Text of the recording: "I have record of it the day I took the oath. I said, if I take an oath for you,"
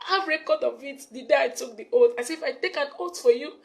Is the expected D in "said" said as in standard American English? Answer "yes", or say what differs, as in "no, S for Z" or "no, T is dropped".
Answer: no, D is dropped